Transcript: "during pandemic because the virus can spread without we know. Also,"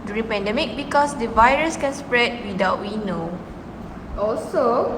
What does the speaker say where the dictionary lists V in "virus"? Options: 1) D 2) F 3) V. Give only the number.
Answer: 3